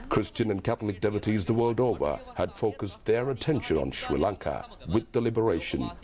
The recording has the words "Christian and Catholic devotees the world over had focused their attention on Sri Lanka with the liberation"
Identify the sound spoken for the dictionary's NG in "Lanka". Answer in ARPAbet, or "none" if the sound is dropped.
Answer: NG